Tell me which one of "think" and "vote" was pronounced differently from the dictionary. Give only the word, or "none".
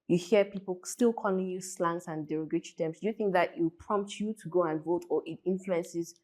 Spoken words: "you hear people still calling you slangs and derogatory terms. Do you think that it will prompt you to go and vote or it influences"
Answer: none